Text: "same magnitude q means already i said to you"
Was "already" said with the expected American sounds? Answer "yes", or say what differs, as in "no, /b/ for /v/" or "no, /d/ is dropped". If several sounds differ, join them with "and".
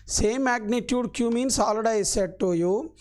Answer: no, /ɹ/ is dropped